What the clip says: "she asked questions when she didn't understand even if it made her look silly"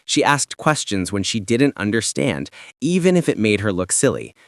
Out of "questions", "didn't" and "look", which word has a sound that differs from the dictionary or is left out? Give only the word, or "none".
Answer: none